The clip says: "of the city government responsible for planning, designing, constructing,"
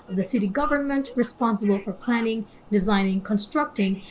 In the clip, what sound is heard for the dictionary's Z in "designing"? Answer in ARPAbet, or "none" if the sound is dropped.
Z